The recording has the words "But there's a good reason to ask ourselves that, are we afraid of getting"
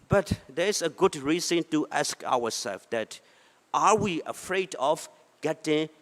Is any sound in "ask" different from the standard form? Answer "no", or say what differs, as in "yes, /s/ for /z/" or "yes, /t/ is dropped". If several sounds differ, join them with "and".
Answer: no